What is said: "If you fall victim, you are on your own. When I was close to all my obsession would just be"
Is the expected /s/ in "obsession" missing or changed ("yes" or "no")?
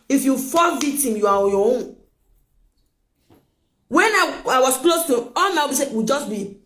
yes